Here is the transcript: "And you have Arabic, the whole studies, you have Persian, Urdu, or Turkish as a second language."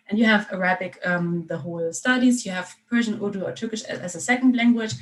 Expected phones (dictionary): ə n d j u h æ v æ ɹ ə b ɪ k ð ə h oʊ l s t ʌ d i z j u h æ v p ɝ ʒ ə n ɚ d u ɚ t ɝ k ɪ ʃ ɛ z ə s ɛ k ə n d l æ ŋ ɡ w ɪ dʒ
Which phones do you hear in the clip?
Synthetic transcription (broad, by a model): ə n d j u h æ v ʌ ɹ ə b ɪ k ð ə h oʊ l s t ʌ d i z j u h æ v p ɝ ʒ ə n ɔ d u ɚ t ɝ k ɪ ʃ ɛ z ə s ɛ k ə n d l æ ŋ ɡ w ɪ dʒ